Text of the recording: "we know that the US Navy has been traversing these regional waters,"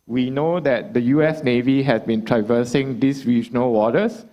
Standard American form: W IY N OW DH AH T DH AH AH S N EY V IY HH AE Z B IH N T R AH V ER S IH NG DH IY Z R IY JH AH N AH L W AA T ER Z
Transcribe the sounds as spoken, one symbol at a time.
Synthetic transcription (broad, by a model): W IY N OW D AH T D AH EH S N EY V IY HH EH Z B IH N T R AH V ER S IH NG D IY S R IY JH AH N AH L W AA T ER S